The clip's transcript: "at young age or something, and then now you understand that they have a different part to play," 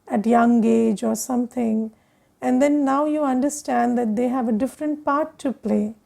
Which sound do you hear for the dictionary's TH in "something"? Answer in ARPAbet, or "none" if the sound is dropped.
T